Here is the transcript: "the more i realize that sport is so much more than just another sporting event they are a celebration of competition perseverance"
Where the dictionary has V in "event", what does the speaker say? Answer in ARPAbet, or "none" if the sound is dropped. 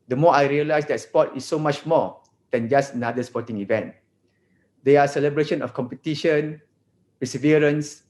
V